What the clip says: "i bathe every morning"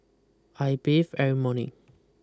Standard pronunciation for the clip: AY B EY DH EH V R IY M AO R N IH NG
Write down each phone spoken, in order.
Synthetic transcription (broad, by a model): AY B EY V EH R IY M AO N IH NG